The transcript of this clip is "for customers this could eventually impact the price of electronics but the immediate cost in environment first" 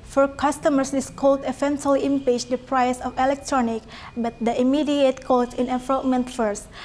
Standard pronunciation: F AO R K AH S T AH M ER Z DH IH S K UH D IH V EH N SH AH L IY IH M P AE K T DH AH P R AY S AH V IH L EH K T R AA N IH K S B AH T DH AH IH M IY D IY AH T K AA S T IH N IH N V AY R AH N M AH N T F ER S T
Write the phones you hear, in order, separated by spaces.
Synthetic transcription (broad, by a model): F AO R K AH S T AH M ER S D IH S K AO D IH F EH N S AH L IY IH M P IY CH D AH P R AY S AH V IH L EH K T R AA N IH K B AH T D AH IH M IY D IY AH T K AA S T IH N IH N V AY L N M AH N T F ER S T